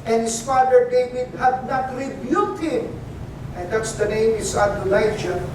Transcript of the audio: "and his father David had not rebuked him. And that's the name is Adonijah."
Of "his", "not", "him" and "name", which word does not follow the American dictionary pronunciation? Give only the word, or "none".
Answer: his